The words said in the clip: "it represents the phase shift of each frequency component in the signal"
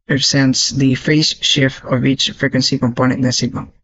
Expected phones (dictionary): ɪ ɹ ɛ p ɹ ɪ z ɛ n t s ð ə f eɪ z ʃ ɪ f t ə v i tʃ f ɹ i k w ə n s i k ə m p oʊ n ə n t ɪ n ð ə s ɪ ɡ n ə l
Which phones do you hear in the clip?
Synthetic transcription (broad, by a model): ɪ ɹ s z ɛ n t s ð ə f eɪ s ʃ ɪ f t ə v i tʃ f ɹ i k w ə n s i k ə m p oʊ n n ɪ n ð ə s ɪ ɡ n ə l